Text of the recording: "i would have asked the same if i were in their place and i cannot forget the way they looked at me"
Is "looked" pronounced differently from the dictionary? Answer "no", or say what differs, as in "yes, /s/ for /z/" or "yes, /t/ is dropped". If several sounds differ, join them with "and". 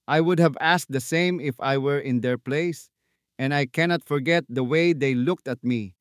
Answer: no